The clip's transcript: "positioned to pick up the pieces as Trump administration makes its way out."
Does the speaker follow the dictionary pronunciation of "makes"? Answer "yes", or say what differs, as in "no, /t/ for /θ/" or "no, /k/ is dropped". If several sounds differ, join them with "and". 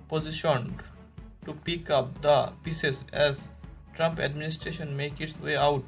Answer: no, /s/ is dropped